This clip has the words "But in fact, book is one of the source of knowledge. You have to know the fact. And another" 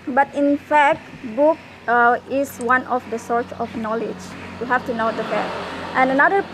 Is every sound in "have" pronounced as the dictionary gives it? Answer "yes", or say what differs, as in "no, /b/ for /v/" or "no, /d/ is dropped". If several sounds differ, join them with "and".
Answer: no, /f/ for /v/